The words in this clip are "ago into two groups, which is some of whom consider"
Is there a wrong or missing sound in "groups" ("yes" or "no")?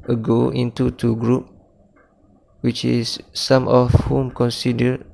yes